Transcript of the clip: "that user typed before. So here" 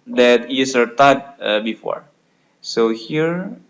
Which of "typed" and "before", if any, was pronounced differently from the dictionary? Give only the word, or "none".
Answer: typed